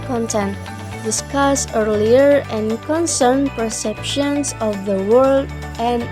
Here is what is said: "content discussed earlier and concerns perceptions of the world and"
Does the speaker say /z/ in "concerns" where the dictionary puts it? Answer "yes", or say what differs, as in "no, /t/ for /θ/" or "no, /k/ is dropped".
no, /z/ is dropped